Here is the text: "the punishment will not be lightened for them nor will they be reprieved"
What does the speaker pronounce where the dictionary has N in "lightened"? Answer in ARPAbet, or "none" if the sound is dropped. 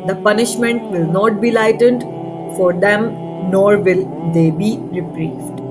N